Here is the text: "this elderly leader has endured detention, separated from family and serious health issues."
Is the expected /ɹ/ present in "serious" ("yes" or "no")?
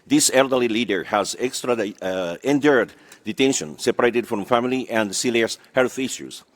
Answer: no